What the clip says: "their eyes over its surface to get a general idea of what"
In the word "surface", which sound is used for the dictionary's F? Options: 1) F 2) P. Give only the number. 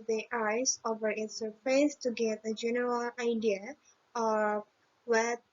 2